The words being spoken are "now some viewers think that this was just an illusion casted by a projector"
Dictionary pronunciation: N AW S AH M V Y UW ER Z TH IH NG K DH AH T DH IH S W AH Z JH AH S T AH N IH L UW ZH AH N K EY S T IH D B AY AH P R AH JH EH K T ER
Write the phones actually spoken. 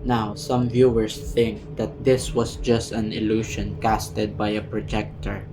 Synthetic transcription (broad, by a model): N AW S AH M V Y UW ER S TH IH NG K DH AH T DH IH S W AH S JH AH S T AH N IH L UW SH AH N K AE S T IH D B AY AH P R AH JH EH K T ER